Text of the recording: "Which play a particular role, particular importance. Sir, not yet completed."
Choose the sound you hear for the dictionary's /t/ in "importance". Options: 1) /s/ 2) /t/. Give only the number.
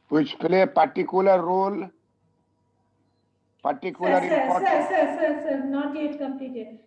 1